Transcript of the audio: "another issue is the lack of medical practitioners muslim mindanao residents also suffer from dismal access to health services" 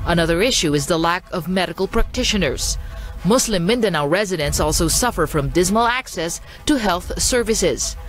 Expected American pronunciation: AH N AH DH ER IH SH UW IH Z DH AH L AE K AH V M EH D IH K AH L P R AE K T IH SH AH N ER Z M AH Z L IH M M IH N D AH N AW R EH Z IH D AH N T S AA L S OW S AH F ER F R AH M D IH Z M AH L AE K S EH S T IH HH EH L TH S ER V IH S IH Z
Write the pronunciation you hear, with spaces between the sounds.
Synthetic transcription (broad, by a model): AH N AH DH ER IH SH UW IH Z DH AH L AE K AH V M EH D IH K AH L P R AE K T IH SH AH N ER Z M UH S L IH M M IH N D AH N AW R EH Z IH D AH N S AA L S OW S AH F ER F R AH M D IH Z M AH L AE K S EH S T IH HH EH L TH S ER V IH S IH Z